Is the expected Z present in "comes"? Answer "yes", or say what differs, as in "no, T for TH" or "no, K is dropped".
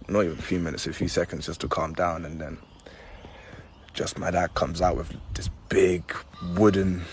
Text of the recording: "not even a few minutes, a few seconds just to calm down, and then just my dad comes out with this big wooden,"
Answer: yes